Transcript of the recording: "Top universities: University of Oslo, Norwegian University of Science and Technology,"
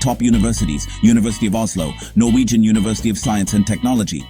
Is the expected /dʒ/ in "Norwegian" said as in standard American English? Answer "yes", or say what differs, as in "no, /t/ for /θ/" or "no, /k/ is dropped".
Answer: yes